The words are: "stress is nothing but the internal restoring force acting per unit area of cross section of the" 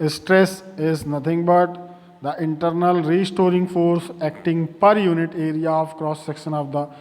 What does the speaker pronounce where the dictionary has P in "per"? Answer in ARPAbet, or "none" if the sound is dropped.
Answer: P